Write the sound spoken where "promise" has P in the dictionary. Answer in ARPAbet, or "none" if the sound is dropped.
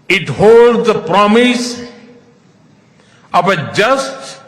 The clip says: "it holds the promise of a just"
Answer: P